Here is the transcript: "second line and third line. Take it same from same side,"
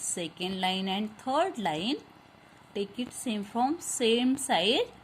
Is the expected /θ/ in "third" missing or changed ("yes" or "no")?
yes